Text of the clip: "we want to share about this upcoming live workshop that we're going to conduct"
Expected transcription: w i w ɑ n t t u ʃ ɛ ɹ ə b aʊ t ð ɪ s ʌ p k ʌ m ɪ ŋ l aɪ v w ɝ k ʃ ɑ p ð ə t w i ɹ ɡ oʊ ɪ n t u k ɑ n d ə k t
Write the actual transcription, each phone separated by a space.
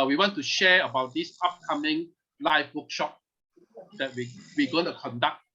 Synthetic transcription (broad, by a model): w i w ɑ n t t u ʃ ɛ ə b aʊ t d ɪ s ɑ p k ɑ m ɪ ŋ l aɪ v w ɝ k ʃ ɑ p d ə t w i w ɡ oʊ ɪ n t u k ɑ n d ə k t